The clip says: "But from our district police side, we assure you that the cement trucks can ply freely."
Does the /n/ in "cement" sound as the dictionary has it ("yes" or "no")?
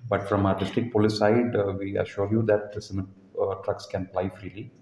no